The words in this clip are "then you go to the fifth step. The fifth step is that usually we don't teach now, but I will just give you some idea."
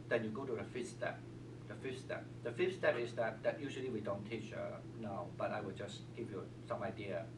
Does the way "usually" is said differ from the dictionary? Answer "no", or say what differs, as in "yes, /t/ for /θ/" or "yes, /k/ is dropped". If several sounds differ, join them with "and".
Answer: no